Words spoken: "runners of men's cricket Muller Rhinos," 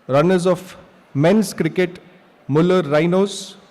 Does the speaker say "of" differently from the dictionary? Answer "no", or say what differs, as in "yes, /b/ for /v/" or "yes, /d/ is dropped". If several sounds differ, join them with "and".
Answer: yes, /f/ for /v/